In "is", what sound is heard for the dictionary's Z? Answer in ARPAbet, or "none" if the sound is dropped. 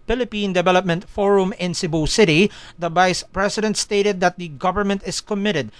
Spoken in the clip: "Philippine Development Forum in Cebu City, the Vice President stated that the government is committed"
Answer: S